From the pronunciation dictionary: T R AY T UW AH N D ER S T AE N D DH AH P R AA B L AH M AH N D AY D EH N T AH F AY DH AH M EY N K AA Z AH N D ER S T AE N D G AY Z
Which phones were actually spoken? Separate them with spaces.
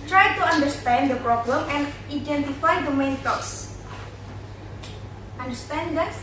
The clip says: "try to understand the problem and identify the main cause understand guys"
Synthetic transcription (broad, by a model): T R AY T UW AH N D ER S T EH N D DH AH P R AA B L AH M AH N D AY D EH N T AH F AY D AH M EY N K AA S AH N D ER S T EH N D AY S